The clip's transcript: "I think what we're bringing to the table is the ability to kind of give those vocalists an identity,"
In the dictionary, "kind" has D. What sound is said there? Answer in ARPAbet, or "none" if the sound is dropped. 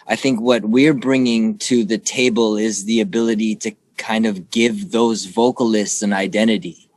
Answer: D